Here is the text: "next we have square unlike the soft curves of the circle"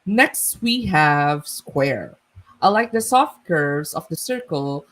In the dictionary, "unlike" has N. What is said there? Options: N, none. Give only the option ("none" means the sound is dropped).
none